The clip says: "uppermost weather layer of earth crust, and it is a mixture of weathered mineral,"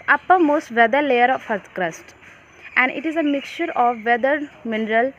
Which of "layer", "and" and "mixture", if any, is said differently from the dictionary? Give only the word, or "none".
none